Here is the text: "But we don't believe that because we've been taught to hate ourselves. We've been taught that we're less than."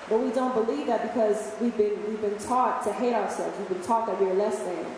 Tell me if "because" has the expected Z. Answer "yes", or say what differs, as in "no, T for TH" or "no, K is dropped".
yes